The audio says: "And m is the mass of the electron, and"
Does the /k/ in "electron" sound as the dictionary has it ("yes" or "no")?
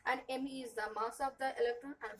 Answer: yes